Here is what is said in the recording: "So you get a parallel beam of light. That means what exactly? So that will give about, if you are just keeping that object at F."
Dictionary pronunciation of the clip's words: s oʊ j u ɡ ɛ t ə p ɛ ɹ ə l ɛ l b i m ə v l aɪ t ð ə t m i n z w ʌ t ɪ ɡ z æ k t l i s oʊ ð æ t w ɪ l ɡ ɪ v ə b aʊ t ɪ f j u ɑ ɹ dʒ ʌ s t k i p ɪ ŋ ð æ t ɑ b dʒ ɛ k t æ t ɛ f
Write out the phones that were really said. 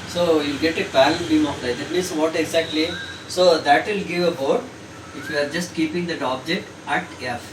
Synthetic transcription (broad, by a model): s oʊ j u ɡ ɛ t ə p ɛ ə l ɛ n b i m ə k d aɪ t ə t m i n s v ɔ t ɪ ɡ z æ k t l i s oʊ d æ t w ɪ l ɡ ɪ v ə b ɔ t ɪ f j u ɑ ɹ dʒ ʌ s t k i p ɪ ŋ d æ t ɑ b dʒ ɛ k t æ t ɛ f